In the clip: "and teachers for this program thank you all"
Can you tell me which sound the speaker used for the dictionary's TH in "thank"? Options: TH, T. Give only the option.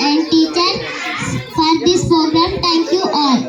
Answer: T